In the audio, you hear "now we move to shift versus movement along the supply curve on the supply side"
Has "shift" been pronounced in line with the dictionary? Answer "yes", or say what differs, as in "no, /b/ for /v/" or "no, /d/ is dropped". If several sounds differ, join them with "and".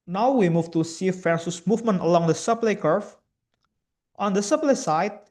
no, /s/ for /ʃ/